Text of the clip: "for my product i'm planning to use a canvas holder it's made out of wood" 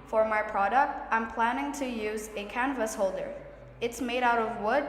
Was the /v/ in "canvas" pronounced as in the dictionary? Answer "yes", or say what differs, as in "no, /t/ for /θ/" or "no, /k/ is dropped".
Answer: yes